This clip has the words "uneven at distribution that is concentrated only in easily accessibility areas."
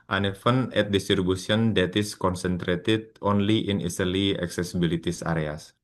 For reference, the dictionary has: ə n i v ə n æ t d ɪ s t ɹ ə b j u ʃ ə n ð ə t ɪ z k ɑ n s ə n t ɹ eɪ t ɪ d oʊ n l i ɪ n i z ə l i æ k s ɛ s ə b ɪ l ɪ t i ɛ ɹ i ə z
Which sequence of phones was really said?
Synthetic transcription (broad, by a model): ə n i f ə n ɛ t d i s t ɹ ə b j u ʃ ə n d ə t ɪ s k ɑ n s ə n t ɹ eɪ t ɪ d oʊ n l i ɪ n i s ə l i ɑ k s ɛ s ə b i l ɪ t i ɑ ɹ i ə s